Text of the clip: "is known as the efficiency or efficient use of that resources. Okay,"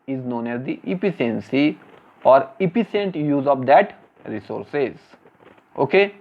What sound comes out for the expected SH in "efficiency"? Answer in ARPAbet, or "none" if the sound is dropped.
S